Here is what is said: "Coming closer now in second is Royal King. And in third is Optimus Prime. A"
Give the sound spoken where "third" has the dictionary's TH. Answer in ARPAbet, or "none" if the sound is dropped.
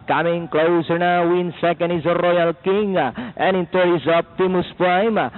T